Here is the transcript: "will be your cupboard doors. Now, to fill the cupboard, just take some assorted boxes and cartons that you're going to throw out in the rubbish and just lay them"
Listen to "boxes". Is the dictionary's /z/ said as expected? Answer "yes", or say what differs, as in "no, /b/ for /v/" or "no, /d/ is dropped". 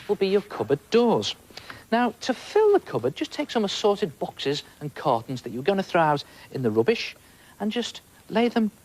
yes